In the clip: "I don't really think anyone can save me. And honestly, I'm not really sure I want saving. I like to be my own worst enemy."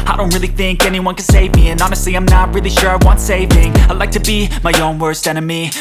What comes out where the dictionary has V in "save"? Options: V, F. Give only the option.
V